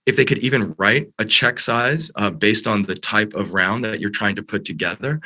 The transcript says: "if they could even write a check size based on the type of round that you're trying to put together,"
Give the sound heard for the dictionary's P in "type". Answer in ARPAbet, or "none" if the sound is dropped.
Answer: P